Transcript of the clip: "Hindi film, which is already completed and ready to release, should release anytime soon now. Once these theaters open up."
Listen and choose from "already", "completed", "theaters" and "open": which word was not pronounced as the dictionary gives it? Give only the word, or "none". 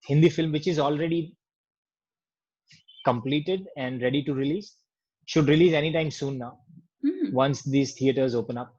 theaters